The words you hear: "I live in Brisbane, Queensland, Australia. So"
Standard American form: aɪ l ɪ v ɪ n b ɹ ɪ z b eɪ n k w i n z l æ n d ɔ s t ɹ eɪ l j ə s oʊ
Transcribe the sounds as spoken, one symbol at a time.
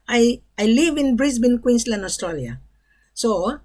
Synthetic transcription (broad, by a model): aɪ l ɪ v ɪ n b ɹ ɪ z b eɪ n k w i n s l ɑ n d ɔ s t ɹ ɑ l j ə s oʊ